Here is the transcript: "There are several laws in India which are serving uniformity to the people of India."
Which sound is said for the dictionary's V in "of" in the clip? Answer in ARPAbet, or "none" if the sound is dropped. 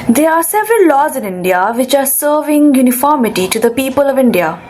V